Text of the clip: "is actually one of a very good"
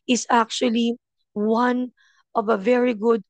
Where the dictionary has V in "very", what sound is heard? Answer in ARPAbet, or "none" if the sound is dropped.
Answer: V